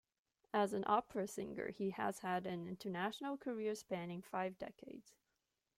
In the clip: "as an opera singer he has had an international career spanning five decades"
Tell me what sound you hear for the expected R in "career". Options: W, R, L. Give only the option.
R